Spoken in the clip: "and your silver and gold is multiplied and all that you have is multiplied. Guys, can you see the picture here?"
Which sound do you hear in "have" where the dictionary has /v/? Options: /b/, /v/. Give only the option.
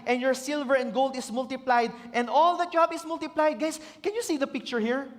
/b/